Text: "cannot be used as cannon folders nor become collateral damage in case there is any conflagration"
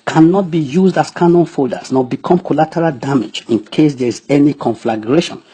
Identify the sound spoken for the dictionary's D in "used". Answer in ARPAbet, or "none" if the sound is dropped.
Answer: D